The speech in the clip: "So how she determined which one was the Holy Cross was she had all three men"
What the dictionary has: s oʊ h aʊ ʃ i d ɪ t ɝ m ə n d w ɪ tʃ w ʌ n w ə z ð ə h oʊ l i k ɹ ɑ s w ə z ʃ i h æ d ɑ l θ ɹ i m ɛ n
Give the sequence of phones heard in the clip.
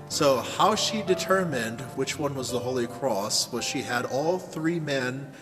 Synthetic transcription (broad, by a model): s oʊ h aʊ ʃ i d ɪ t ɝ m ə n d w ɪ tʃ w ʌ n w ə z ð ə h oʊ l i k ɹ ɑ s w ə z ʃ i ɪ d ɑ l θ ɹ i m ɛ n